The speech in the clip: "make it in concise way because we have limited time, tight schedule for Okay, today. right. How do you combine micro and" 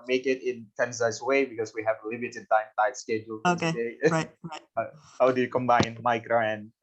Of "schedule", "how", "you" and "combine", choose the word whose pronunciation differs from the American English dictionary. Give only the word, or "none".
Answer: none